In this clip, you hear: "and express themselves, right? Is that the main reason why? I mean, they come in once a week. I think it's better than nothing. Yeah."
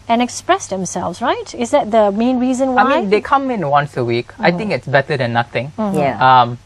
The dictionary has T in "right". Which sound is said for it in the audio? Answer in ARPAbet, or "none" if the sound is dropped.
T